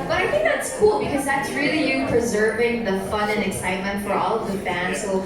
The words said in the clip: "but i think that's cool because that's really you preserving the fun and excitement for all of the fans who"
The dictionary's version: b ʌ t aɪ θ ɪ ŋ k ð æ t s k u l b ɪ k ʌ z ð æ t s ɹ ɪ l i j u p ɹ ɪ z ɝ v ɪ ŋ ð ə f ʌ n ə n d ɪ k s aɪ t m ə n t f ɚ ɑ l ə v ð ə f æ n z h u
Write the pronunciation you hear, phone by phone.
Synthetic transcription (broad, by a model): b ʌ t aɪ θ ɪ ŋ k ð æ t s k u l b ɪ k ʌ z ð æ t s ɹ ɪ l i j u p ɹ ɪ z ɝ v ɪ ŋ ð ə f ʌ n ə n ɪ k s aɪ t m ə n t f ɚ ɑ l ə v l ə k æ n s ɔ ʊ